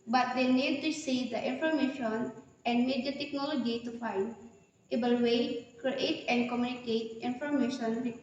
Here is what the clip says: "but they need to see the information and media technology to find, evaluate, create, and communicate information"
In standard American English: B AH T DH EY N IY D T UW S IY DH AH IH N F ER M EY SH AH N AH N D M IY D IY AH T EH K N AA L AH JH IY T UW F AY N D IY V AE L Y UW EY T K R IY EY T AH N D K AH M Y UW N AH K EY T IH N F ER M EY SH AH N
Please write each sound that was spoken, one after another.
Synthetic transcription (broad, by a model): B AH T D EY N IY D T UW S IY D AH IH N F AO M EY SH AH N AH N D M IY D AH T EH K N AA L AH JH IY T UW F AY N D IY B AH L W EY K R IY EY T AH N D K AH M Y UW N AH K EY T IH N F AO M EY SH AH N